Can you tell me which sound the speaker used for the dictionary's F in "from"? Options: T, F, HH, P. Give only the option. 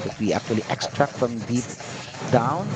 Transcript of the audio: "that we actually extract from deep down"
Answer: F